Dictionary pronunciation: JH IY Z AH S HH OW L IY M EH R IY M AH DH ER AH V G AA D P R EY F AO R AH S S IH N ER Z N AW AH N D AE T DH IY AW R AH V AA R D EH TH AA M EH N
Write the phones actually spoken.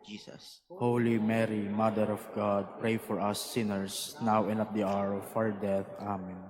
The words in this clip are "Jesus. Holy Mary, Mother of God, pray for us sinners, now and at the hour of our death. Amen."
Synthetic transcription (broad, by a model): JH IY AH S HH OW L IY M EH R IY M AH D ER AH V G AA D P R EY F AO R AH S S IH N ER S N AW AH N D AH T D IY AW R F AA R D EH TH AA M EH N